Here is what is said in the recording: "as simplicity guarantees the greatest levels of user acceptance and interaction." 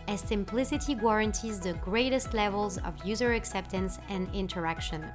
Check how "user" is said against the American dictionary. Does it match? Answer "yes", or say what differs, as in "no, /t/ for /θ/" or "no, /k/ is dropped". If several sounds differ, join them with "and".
yes